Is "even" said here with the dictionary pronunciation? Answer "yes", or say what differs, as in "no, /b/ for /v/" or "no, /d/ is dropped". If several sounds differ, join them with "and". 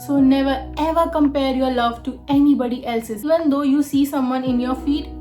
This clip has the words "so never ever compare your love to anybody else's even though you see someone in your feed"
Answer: yes